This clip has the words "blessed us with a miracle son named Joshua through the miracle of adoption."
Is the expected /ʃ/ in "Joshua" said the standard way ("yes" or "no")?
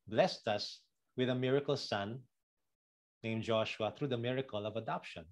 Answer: yes